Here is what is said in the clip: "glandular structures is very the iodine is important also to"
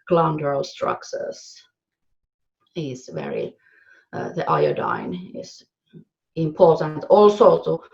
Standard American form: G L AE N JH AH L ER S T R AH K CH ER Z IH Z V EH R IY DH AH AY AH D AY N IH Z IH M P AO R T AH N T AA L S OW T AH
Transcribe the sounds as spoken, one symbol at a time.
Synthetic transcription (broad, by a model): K L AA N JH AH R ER S T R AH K S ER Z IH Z V EH R IY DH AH AY AH D AY N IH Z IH M P AO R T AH N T AA L S OW T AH